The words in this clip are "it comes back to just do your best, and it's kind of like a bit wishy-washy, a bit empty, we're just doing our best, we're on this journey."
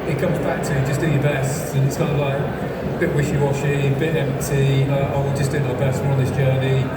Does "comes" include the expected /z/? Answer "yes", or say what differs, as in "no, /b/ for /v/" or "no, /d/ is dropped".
yes